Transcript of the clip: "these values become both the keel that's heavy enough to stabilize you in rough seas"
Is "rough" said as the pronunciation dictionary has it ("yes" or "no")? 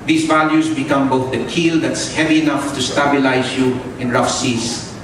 yes